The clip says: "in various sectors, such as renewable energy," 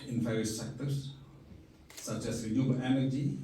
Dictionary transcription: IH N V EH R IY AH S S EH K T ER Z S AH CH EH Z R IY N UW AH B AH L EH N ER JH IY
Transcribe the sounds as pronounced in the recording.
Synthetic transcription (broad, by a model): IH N F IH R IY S S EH K T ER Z S AH CH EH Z R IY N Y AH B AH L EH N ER JH IY